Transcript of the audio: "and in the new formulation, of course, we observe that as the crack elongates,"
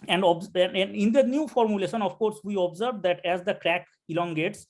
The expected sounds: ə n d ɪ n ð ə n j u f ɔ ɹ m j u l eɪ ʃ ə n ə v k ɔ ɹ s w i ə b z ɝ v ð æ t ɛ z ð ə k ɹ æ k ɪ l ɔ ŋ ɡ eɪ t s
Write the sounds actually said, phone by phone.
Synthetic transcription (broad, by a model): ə n d ɪ n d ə n j u f ɔ ɹ m j u l eɪ ʃ ə n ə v k ɔ ɹ s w i ə b z ɝ v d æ t ɛ z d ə k ɹ æ k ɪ l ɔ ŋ ɡ eɪ t s